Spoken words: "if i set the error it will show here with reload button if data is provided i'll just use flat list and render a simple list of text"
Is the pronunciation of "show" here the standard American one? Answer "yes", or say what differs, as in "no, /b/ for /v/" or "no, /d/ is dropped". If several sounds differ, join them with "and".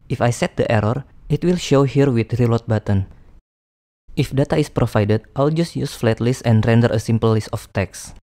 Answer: yes